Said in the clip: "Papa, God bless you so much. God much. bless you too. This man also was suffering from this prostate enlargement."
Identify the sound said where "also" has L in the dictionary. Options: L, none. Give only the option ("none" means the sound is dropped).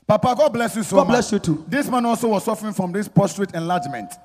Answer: L